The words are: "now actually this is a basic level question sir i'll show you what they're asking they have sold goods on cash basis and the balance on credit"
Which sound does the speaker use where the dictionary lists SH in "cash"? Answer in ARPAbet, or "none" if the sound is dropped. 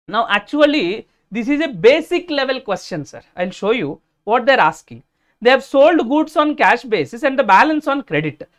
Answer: SH